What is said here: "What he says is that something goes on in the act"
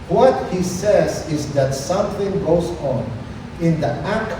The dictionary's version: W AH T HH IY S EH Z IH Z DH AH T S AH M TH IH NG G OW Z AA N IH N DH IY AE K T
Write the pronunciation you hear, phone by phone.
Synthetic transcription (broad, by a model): W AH T HH IY S EH Z IH Z DH AH T S AH M TH IH NG G OW Z N IH N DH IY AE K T